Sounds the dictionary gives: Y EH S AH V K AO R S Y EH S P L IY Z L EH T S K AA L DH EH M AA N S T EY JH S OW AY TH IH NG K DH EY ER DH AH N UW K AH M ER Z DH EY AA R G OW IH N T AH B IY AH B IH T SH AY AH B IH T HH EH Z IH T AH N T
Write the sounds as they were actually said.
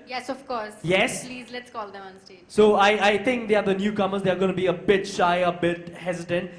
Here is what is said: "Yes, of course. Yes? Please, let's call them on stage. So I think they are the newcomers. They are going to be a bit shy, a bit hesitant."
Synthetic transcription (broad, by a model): Y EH S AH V K AO R S Y EH S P L IY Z L EH T S K AA L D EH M AA N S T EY S OW AY T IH NG K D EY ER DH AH N UW K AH M ER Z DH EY AA R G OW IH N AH B IY AH B IH T SH AY AH B IH T HH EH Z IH T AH N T